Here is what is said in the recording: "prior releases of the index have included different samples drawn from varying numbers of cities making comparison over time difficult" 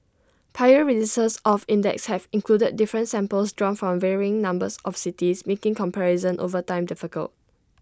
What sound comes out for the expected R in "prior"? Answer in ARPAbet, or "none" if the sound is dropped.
none